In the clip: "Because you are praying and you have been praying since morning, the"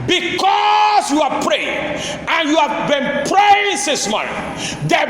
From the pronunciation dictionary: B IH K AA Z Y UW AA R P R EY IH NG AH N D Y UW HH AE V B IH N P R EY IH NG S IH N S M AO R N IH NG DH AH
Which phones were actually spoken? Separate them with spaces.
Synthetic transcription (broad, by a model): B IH K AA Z Y UW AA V P R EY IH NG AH N Y UW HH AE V B IH N P R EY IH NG S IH S M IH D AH